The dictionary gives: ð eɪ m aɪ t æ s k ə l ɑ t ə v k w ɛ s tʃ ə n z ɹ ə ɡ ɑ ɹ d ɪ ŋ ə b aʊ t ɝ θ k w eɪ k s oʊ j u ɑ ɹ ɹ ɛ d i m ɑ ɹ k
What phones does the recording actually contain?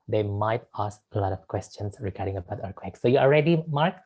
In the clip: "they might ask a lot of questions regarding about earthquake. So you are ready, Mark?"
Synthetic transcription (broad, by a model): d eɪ m aɪ t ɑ s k ə l ɑ t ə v k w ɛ s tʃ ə n s ɹ ə ɡ ɑ ɹ d ɪ ŋ ə b aʊ t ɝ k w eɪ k s oʊ j u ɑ l ɹ ɛ d i m ɑ ɹ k